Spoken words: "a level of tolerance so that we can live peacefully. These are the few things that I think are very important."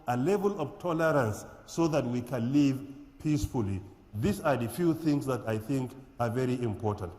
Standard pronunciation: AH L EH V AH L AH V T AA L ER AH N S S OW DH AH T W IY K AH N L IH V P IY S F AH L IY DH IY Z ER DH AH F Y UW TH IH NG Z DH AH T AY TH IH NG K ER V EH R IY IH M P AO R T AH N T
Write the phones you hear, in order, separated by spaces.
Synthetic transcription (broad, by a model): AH L EH V AH L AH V T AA L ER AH N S S OW DH AH T W IY K AH N L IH V P IY S F AH L IY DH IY S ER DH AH F Y UW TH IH NG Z DH AH T AY TH IH NG K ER V EH R IY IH M P AO R T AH N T